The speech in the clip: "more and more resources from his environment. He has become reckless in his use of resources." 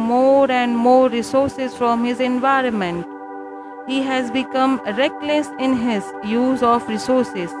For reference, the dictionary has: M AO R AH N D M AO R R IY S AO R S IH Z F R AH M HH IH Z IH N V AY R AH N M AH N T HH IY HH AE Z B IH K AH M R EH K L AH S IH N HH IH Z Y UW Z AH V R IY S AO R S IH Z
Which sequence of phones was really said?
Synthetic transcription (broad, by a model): M AO R AH N D M AO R R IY S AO R S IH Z F R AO M HH IH Z IH N V AY R AH N M AH N T HH IY HH AE Z B IH K AH M R EH K L AH S IH N HH IH Z Y UW Z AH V R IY S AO R S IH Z